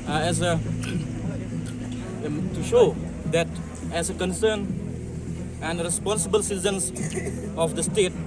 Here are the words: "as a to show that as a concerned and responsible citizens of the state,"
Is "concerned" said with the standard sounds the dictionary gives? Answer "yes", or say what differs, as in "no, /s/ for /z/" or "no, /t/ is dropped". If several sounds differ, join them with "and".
no, /d/ is dropped